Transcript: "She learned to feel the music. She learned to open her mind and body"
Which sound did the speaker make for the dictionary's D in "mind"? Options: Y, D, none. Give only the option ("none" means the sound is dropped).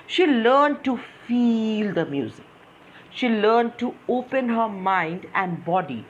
D